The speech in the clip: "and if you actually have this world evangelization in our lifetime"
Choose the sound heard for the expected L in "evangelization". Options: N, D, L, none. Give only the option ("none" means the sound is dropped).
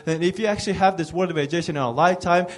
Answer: none